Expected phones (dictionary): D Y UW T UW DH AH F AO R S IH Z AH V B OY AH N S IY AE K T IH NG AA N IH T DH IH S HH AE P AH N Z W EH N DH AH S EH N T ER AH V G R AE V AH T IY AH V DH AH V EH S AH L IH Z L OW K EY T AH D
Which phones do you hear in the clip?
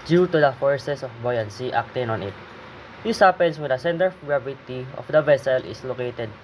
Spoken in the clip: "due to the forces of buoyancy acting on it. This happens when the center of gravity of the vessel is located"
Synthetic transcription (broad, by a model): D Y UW T UW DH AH F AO R S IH S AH F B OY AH N S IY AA K T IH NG AA N IH T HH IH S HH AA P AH N S W EH N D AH S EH N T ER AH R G R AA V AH T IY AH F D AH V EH S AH L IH S L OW K EY T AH D